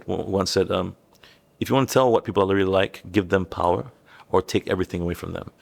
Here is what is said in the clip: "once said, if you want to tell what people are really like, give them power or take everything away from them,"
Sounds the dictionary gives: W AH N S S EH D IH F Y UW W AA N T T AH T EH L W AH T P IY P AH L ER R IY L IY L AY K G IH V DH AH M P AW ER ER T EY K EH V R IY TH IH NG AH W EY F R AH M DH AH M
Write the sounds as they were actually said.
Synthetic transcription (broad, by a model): W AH N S S EH D IH F Y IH W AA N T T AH T EH L W AH T P IY P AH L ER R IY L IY L AY K G IH V DH AH M P AW ER ER T EY K EH V R IY TH IH NG AH W EY F R AH M DH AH M